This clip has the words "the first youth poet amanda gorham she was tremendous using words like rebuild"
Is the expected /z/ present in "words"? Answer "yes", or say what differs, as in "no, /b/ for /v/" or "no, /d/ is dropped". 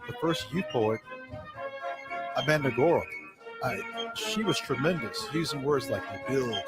yes